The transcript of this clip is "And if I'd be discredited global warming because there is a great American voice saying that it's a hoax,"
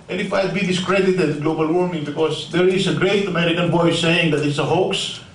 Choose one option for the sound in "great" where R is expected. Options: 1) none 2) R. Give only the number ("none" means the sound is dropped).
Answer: 2